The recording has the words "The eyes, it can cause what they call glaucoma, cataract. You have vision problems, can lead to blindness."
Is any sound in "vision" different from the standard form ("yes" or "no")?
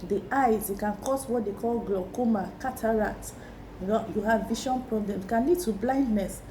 yes